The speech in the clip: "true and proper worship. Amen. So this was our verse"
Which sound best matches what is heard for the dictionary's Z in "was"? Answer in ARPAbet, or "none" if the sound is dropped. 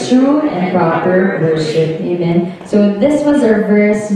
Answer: Z